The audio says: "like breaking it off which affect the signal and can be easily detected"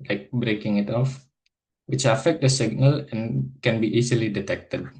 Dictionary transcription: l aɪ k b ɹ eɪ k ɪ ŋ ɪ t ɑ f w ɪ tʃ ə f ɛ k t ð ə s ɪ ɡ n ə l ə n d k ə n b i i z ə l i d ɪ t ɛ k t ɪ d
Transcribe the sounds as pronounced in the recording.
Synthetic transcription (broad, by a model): l aɪ k b ɹ eɪ k ɪ ŋ ɪ t ɑ f w ɪ tʃ ə f ɛ k t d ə s ɪ ɡ n ə l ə n k ə n b i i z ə l i d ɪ t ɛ k t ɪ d